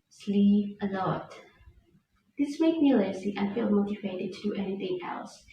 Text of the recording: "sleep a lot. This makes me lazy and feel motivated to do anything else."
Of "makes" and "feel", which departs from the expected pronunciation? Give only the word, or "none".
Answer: makes